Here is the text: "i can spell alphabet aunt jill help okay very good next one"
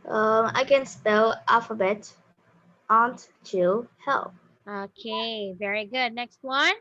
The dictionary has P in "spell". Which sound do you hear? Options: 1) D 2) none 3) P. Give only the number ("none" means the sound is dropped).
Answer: 3